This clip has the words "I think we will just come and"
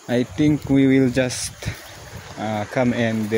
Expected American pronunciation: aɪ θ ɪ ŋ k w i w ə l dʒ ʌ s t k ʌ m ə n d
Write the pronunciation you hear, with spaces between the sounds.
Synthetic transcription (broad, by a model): aɪ t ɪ ŋ k w i w ə l dʒ ʌ s t k ʌ m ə n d